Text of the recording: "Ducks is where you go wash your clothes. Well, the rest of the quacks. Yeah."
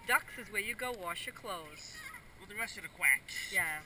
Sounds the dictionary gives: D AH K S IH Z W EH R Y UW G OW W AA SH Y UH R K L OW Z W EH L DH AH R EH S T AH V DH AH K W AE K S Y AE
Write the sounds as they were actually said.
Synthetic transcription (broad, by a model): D AH K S IH Z W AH R Y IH G OW W AA SH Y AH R K L OW Z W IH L DH AH R EH S T AH V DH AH K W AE K Y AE